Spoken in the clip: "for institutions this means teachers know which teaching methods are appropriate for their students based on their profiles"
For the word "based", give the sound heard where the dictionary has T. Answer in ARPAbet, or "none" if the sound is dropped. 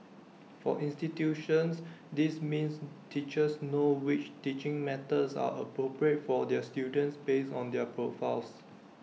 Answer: none